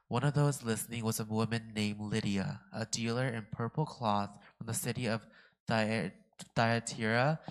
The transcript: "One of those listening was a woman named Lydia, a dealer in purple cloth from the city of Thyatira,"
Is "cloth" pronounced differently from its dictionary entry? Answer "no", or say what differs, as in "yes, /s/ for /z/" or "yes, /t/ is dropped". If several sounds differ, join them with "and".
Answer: no